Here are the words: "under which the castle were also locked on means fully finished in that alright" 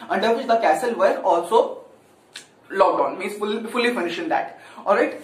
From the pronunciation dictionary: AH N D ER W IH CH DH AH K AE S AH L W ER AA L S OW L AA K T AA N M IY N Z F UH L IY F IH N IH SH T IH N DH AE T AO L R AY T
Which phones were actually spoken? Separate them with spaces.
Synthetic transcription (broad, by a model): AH N D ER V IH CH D AH K AE S AH L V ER AA L S OW L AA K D AA N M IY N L F UH L IY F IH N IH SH IH N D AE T AO L R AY T